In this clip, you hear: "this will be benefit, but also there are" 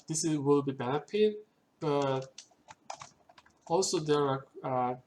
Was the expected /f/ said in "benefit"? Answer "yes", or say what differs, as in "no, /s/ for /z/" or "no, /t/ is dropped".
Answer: no, /p/ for /f/